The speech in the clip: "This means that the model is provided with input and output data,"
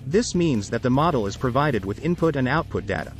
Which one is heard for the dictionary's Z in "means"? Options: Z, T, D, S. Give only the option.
Z